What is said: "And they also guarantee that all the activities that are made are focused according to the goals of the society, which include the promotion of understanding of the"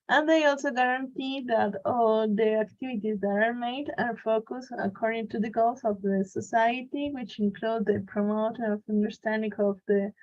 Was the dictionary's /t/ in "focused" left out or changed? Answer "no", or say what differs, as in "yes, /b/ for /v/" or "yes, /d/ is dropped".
yes, /t/ is dropped